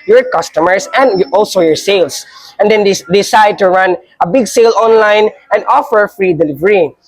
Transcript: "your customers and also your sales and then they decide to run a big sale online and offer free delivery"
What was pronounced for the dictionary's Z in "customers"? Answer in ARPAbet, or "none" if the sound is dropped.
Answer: S